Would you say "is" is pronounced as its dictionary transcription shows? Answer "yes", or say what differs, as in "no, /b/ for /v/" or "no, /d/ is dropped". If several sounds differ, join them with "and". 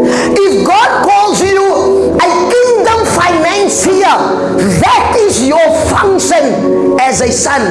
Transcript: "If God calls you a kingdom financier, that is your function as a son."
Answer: yes